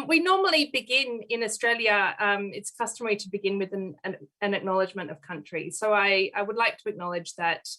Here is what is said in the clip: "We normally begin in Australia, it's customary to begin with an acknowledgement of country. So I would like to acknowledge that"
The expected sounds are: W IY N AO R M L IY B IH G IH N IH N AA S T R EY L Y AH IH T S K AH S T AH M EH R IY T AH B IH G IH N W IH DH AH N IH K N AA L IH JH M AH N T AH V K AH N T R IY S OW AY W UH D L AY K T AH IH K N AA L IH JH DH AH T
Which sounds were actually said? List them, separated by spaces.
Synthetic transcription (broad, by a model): W IY N AO R M L IY B IH G IH N IH N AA S T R EY L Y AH IH T S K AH S T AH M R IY T AH B IH G IH N W IH DH AH N IH K N AA L IH JH M AH N T AH V K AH N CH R IY S OW AY W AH D L AY K T AH IH K N AA L IH JH DH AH T